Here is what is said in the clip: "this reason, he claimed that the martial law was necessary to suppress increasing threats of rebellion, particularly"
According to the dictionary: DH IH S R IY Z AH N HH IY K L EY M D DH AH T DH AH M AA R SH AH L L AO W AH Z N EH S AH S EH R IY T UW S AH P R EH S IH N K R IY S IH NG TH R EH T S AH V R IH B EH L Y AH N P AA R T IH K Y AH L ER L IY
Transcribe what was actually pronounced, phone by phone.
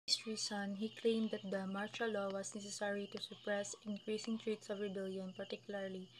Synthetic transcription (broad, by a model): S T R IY S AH N HH IY K L EY M D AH T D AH M AA R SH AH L L AO W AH S N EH S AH S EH R IY T UW S AH P R EH S IH N K R IY S IH NG T R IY T S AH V R IH B EH L Y AH N P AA R T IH K Y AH L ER L IY